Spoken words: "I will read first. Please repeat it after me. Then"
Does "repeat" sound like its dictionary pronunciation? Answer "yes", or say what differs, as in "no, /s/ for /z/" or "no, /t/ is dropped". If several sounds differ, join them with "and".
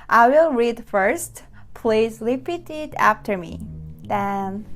no, /l/ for /ɹ/